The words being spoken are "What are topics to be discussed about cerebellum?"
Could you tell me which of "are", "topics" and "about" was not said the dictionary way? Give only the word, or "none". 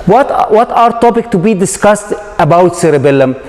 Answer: topics